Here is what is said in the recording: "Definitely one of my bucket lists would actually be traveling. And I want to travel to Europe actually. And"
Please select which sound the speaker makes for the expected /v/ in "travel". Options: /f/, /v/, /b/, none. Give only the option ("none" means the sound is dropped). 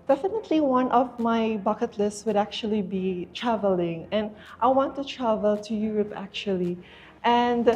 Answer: /v/